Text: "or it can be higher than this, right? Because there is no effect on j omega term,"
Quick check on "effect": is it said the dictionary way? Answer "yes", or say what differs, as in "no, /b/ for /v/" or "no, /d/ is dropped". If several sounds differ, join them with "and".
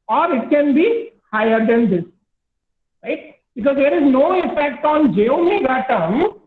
no, /p/ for /f/